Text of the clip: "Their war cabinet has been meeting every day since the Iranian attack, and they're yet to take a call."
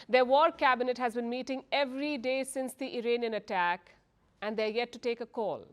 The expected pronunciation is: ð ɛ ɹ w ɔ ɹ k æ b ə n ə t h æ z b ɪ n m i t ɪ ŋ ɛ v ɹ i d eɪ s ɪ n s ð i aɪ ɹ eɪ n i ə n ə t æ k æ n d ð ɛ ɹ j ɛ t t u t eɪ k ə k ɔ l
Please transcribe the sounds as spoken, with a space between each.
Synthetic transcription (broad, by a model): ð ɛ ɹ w ɔ ɹ k æ b ə n ə t h æ z b ɪ n m i t ɪ ŋ ɛ v ɹ i d eɪ s ɪ n s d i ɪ ɹ eɪ n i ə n ə t æ k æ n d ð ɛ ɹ j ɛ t t u t eɪ k ə k ɔ l